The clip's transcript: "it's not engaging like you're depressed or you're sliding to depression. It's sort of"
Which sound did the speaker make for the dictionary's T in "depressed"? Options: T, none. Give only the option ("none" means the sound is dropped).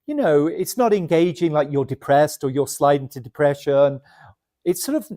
T